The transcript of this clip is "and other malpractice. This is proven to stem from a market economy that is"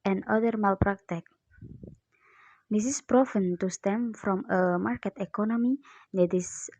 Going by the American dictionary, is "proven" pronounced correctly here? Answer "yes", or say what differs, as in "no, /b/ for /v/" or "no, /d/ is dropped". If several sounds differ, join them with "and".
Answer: no, /f/ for /v/